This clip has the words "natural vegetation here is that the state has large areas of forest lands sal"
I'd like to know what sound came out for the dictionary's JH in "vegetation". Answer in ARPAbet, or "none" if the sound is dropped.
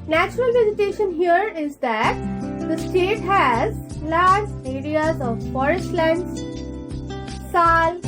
Z